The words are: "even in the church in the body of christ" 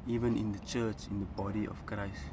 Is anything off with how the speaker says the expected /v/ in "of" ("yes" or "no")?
yes